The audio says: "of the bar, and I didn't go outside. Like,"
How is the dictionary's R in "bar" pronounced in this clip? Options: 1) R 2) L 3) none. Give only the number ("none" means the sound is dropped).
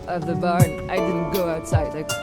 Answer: 1